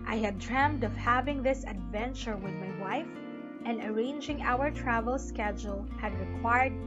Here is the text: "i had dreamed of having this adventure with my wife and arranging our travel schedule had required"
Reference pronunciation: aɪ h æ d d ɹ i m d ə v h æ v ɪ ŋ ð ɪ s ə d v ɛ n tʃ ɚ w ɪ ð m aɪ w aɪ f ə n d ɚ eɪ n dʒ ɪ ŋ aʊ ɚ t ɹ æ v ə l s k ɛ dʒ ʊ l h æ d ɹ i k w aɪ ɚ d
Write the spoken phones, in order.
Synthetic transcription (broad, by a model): aɪ h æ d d ɹ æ m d ə v h æ v ɪ ŋ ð ɪ s ə d v ɛ n tʃ ɚ w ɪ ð m aɪ w aɪ f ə n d ɚ eɪ n dʒ ɪ ŋ aʊ ɚ t ɹ æ v ə l s k ɛ dʒ ʊ l h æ d ɹ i k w aɪ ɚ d